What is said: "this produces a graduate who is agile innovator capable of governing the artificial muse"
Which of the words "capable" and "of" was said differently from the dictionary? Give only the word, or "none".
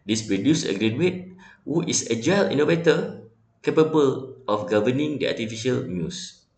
of